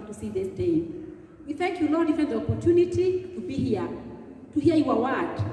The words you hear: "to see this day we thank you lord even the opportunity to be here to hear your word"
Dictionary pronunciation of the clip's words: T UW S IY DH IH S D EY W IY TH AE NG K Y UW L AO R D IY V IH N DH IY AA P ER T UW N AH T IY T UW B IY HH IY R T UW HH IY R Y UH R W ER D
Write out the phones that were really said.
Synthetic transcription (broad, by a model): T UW S IY DH IH S D EY W IY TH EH NG K Y UW L AO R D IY F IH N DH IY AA P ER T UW N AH T IY T UW B IY HH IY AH T UW HH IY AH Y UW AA W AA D